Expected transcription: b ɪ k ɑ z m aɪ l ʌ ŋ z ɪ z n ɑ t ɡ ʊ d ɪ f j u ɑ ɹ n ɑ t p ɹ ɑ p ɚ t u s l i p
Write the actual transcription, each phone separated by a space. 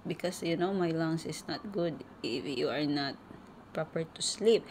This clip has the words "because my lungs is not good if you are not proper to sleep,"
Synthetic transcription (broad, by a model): b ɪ k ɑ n m aɪ l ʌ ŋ s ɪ s n ɑ t ɡ ʊ d ɪ f j u ɑ ɹ n ɑ t p ɹ ɑ p ɚ t u s l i p